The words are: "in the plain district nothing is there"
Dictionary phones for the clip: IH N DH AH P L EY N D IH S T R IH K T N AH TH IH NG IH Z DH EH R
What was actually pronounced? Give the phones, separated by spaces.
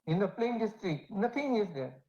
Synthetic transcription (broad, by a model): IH N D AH P L EY N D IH S T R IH T N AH T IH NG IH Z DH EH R